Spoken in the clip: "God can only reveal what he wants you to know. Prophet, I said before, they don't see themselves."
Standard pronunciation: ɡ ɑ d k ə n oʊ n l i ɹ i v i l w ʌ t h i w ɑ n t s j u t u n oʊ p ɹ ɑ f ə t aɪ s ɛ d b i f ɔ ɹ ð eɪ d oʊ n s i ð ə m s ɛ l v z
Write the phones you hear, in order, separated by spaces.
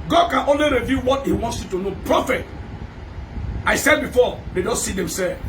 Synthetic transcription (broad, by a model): ɡ ɑ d k ə n oʊ n l i ɹ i v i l w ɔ t h i w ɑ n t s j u t u n oʊ p ɹ ɑ f ə t aɪ s ɛ d b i f ɔ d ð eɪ d oʊ n s i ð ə m s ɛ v